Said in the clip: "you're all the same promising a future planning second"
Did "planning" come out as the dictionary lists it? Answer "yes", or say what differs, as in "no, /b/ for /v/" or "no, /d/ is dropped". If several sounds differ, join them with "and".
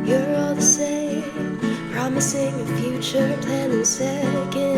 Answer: no, /l/ is dropped